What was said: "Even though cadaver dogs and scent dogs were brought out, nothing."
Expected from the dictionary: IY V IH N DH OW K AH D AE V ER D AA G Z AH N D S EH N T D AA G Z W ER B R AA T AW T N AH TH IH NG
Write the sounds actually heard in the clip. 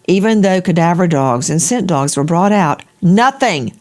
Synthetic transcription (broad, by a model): IY V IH N DH OW K AH D AE V ER D AA G Z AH N S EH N D AA G Z W ER B R AA T AW T N AH TH IH NG